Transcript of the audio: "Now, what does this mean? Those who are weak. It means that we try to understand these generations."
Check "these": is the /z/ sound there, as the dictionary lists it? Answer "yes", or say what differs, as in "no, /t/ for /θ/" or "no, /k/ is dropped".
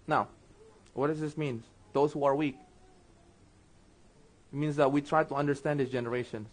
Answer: no, /z/ is dropped